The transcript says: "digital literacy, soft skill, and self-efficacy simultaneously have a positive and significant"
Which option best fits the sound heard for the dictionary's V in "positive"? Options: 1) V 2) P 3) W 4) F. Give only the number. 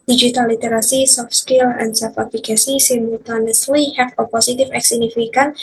4